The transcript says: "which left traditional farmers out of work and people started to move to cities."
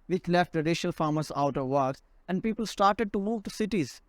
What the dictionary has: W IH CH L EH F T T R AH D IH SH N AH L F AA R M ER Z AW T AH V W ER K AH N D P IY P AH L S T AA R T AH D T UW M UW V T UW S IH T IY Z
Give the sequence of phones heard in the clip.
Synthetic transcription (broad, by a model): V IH CH L EH F T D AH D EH SH AH L F AA R M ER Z AW T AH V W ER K AH N D P IY P AH L S T AA R T AH D T UW M UW V T UW S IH T IY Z